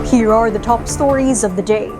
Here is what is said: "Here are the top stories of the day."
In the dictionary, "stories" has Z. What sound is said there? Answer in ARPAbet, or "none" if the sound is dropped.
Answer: Z